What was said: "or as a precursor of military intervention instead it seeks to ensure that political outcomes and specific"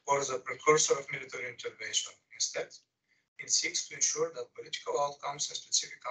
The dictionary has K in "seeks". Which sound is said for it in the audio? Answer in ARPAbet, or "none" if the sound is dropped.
K